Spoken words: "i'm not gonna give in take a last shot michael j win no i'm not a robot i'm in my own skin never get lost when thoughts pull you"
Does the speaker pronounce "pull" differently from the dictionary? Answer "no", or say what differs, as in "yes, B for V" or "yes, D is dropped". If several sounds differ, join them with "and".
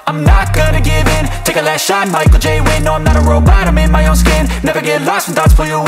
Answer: yes, F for P